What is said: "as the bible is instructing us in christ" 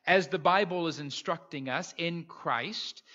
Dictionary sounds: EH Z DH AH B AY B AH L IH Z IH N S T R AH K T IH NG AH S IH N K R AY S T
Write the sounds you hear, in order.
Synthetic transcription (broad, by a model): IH Z DH AH B AY B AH L IH Z IH N S T R AH K T IH NG AH S IH N K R AY S T